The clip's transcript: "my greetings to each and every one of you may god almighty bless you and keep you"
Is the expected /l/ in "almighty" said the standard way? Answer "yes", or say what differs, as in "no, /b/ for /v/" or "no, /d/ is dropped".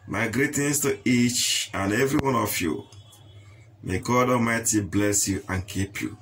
no, /l/ is dropped